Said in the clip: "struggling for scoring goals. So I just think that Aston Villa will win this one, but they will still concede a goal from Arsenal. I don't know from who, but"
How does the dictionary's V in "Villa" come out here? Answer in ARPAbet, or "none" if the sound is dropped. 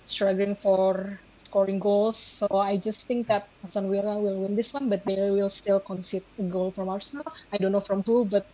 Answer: W